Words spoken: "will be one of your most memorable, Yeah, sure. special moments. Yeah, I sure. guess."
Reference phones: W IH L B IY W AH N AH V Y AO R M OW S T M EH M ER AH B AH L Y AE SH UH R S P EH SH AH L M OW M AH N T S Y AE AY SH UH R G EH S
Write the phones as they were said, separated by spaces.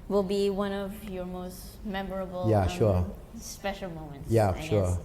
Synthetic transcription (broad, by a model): W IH L B IY W AH N AH V Y AO R M OW S T M EH M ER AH B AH L Y AE SH UH R S P EH SH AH L M OW M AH N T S Y AE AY SH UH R